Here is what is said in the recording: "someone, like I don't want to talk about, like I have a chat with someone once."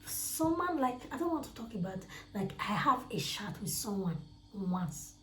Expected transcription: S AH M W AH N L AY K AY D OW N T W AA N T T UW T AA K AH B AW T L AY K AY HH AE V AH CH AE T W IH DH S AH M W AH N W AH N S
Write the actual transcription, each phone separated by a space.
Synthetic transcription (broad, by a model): S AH M W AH N L AY K AY D OW N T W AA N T T UW T AA K AH B AW T L AY K AY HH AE V AH SH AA T W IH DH S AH M W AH N W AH N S